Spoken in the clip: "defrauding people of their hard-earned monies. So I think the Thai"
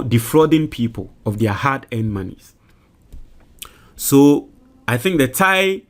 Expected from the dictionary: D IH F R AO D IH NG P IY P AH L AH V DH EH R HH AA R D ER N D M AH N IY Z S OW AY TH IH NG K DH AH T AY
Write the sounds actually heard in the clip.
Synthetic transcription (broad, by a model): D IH F R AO D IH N P IY P AH L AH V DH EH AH HH AA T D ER N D M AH N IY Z S OW AY TH IH NG K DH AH T AY